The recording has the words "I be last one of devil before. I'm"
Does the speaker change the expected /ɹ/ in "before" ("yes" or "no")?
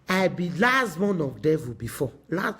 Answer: yes